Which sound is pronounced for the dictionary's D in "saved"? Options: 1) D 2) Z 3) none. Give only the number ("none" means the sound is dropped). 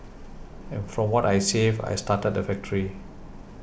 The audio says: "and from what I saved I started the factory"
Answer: 3